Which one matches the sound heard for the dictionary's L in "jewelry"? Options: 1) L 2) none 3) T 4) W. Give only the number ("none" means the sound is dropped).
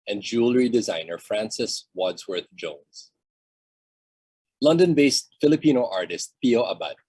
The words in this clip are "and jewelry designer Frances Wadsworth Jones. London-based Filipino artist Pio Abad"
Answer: 1